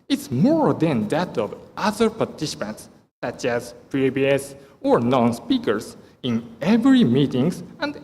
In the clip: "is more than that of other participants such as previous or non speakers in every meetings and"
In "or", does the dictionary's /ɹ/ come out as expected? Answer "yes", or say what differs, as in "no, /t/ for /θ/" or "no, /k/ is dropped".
yes